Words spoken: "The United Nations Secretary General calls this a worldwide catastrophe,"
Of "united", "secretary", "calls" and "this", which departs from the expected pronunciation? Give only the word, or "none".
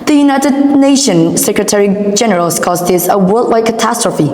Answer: calls